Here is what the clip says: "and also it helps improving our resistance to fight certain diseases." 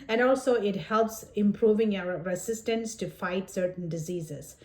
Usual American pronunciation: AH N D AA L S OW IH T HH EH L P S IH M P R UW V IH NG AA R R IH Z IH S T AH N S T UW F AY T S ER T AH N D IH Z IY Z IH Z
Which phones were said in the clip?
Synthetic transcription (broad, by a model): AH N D AA L S OW IH T HH EH L P S IH M P R UW V IH NG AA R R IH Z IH S T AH N S T UW F AY T S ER T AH N D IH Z IY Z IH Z